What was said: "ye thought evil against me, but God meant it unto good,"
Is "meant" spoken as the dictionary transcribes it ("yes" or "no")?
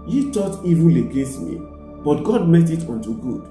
no